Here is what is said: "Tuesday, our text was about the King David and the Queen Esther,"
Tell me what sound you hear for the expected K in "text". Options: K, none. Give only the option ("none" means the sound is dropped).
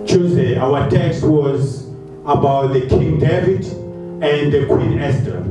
K